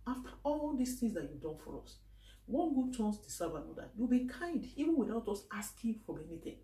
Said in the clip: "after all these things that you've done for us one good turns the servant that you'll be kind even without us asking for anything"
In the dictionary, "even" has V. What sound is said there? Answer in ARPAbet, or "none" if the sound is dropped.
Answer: V